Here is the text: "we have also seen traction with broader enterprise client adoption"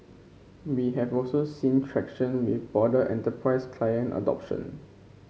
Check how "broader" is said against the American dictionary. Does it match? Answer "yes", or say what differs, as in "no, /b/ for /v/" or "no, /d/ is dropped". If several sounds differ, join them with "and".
no, /ɹ/ is dropped